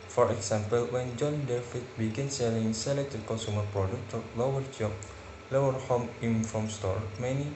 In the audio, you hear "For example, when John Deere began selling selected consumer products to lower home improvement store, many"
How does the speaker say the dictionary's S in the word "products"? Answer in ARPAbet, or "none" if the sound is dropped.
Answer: none